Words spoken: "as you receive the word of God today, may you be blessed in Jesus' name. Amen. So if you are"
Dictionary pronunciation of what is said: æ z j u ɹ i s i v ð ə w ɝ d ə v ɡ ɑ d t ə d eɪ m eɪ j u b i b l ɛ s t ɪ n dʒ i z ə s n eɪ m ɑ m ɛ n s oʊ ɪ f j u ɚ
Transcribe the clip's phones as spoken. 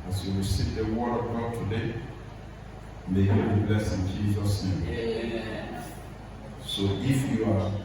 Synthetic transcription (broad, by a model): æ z j u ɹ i s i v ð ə w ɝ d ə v ɡ ɑ d t ə d eɪ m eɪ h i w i b l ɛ s ɪ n dʒ i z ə s n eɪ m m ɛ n s oʊ ɪ f j u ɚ